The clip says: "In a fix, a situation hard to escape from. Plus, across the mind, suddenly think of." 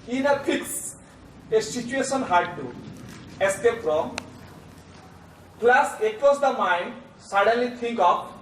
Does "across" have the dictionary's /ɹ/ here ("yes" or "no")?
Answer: no